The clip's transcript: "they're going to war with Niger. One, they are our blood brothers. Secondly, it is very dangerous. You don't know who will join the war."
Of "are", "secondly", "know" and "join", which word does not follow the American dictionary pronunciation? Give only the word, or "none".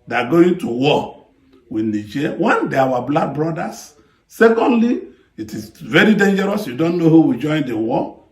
are